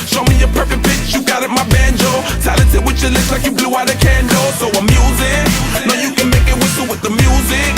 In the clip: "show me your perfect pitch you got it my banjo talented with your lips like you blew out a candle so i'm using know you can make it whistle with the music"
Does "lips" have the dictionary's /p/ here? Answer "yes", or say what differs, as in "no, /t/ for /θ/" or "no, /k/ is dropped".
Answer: no, /p/ is dropped